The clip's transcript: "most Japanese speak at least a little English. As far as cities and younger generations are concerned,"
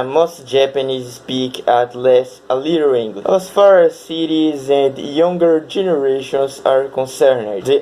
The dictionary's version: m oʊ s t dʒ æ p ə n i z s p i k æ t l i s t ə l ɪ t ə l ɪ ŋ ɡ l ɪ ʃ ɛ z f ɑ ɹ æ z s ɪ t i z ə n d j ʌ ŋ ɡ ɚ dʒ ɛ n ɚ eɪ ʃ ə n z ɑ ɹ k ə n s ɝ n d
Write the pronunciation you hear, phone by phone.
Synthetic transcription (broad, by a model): m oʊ s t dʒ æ p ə n i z s p i k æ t l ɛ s ə l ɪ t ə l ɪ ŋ ɡ l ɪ ɛ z f ɑ ɹ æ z s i t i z ə n d j ʌ ŋ ɡ ɚ dʒ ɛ n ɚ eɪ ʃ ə n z ɑ ɹ k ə n s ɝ n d